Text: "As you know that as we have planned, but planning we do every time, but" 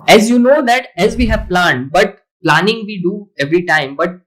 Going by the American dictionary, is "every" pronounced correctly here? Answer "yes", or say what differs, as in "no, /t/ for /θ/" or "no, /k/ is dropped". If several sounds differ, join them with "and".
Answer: yes